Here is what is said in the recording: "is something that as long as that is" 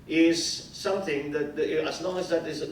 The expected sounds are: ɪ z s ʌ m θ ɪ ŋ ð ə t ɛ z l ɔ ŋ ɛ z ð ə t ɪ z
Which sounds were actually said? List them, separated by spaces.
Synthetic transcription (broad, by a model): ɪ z s ʌ m θ ɪ ŋ ð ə t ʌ z l ɔ ŋ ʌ z ð ə t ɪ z